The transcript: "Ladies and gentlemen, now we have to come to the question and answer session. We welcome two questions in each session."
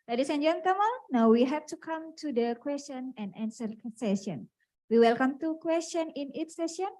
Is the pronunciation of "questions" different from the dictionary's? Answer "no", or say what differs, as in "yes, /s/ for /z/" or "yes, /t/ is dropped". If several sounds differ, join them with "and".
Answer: yes, /z/ is dropped